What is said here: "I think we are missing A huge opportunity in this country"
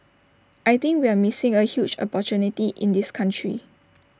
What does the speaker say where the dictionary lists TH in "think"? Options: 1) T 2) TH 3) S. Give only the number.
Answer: 1